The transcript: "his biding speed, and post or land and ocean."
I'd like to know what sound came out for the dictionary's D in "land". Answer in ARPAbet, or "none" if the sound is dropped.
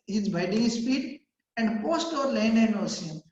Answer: none